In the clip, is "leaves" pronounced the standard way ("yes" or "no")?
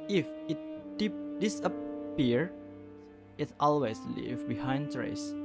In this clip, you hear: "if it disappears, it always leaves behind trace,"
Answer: no